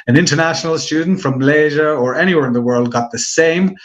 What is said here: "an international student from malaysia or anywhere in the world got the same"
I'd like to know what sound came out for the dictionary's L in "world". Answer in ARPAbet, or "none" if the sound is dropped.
L